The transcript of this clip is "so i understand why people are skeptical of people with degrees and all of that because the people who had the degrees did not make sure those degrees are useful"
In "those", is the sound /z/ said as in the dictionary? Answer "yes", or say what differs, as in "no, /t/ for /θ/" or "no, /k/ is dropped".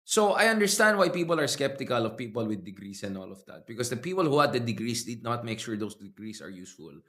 no, /s/ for /z/